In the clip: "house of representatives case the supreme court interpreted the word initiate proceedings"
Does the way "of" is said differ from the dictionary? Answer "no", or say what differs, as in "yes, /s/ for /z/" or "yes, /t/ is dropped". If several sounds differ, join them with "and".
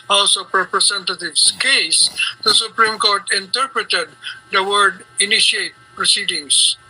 yes, /p/ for /v/